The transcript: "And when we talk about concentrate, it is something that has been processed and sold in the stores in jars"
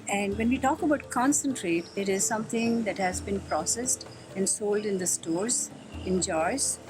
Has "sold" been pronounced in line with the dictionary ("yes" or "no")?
yes